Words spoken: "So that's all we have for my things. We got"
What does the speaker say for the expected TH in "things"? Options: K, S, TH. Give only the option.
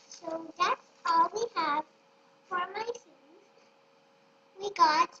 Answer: S